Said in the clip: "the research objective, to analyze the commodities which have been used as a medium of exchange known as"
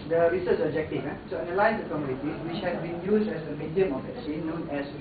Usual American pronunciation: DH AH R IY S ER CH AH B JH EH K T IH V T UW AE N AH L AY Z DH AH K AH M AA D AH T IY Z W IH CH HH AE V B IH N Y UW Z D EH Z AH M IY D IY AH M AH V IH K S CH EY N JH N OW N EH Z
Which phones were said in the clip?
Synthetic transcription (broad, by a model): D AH R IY S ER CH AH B JH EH K T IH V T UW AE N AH L AY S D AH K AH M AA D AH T IY S W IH CH HH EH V B IH N Y UW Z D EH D AH M IY D IY AH M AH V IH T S EY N N OW N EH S